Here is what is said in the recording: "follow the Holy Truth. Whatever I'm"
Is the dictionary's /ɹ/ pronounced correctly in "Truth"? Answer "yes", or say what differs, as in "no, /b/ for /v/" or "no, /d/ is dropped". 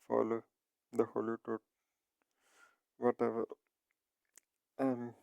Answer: no, /ɹ/ is dropped